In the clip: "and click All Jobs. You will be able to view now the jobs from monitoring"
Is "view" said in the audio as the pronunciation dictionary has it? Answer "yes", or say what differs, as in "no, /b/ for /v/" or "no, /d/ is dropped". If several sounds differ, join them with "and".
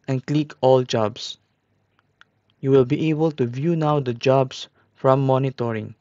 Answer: yes